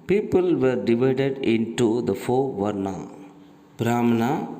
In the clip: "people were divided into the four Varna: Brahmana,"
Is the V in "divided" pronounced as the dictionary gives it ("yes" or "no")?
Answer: yes